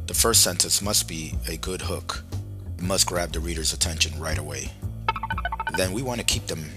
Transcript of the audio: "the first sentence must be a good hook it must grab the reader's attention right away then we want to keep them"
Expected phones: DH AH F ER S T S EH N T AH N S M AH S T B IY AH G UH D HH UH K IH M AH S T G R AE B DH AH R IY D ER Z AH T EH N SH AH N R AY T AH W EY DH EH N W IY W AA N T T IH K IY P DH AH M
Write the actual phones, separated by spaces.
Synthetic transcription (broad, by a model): DH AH F ER S T S EH N T AH N S M AH S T B IY AH G UH D HH UH K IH M AH S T G R AE B DH AH R IY D ER Z AH T EH N SH AH N R AY T AH W EY DH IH N W IY W AA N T T IH K IY P DH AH M